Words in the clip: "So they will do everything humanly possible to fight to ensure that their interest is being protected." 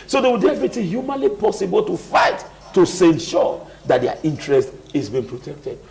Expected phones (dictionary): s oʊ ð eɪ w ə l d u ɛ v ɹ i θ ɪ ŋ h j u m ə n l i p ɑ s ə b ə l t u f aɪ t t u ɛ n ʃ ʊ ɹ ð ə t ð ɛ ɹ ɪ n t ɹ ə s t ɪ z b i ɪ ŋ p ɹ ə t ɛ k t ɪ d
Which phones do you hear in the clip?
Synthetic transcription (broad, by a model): s oʊ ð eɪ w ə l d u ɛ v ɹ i t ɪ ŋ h j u m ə n l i p ɑ s ə b ə l t u f aɪ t t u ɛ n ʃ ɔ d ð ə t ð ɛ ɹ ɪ n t ɹ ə s t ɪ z b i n p ɹ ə t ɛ k t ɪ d